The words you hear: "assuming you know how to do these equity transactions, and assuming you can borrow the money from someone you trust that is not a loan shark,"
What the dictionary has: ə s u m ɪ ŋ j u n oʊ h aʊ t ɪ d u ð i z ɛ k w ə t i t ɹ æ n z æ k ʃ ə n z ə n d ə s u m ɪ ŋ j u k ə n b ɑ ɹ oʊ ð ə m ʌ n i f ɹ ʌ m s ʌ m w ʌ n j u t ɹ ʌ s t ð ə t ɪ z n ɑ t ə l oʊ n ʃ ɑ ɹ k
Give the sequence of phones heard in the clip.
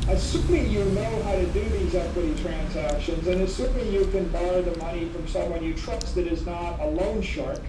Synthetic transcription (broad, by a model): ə s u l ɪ j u n oʊ h aʊ t ɪ d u ð i z ɛ k w ə t i t ɹ æ n z æ k ʃ ə n z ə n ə s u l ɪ j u k ə n b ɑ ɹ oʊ ð ə m ʌ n i f ɹ ʌ m s ʌ m w ʌ n j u t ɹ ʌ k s ð ə t ɪ z n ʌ t ə l oʊ n ʃ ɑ ɹ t